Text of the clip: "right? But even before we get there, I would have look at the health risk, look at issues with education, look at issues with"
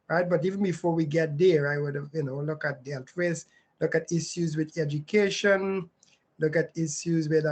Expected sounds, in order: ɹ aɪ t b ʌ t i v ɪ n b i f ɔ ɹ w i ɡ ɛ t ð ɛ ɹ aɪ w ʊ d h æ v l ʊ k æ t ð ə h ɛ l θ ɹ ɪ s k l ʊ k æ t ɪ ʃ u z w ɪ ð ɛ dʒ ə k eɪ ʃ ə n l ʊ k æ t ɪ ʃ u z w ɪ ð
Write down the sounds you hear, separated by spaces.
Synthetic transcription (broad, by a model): ɹ aɪ t b ʌ t i v n b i f ɔ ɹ w i ɡ ɛ t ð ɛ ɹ aɪ w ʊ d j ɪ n l ʊ k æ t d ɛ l t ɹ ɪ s l ʊ k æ t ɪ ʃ u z w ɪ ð ɛ dʒ ə k eɪ ʃ ə n l ʊ k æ t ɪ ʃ u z w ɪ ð